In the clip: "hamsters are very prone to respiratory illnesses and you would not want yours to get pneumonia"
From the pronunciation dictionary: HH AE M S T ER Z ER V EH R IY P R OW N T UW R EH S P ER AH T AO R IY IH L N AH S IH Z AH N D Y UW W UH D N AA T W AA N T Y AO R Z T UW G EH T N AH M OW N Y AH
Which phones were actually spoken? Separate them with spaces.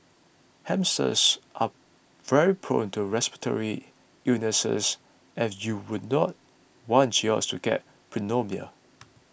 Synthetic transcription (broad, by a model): HH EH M S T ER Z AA V EH R IY P R OW N T UW R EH S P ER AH T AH R IY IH N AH S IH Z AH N Y UW W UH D N AA T W AA N T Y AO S T UW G EH T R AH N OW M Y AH